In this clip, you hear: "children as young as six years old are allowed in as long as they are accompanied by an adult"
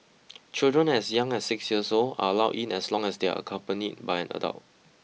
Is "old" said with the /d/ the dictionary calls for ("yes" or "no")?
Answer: no